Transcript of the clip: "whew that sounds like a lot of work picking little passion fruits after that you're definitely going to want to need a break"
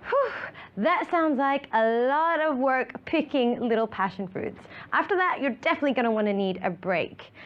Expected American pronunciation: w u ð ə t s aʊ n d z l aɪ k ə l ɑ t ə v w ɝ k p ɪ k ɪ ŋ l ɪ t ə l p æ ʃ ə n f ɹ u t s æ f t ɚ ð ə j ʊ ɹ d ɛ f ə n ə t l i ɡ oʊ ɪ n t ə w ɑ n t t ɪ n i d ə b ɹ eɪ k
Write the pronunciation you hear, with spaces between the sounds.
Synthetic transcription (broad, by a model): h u ð ə t s aʊ n d z l aɪ k ə l ɑ t ə v w ɝ k p ɪ k ɪ ŋ l ɪ t l p æ ʃ ə n f ɹ u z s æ f t ɚ ð ə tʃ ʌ ɹ d ɛ f ə n ə t l i ɡ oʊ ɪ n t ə w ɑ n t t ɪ n i d ə b ɹ eɪ k